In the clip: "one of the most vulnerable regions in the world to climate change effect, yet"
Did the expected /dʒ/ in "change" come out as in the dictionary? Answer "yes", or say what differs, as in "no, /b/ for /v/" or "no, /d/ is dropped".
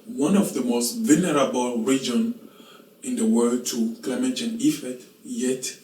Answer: no, /dʒ/ is dropped